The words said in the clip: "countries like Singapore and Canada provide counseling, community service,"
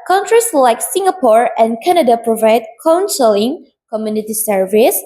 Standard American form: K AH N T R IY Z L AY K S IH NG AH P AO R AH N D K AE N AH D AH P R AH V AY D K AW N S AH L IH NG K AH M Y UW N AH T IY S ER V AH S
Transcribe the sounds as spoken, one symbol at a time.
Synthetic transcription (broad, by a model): K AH N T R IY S L AY K S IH NG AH P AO R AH N K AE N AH D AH P R AH V AY D K AW N S AH L IH NG K AH M Y UW N AH T IY S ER V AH S